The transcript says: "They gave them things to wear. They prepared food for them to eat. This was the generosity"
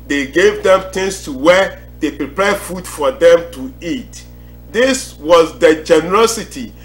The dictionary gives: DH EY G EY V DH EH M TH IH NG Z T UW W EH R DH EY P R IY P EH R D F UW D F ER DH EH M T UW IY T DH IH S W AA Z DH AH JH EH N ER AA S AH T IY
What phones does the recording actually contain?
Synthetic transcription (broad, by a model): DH EY G EY V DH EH M T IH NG S T UW W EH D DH EY P R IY P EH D F UW D F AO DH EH M T UW IY T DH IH S W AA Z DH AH JH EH N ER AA S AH T IY